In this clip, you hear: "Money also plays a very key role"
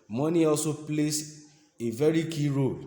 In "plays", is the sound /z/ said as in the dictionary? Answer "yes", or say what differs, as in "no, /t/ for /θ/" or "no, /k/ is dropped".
no, /s/ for /z/